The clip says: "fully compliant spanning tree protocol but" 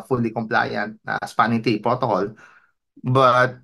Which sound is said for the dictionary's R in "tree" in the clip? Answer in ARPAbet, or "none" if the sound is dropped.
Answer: none